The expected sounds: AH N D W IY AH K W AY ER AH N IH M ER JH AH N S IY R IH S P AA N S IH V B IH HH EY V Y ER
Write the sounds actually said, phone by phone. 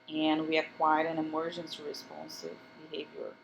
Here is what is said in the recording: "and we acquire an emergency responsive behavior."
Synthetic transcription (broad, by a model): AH N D W IY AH K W AY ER AH N IH M ER JH AH N S IY R IH S P AA N S IH V B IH HH EY V Y ER